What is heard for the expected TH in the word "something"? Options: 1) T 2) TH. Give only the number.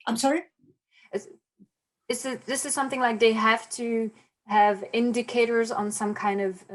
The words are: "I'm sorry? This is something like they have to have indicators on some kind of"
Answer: 2